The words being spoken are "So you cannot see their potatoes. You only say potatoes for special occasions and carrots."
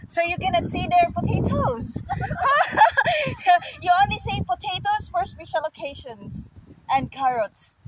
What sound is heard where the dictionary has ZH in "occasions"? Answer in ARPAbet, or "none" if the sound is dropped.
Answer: SH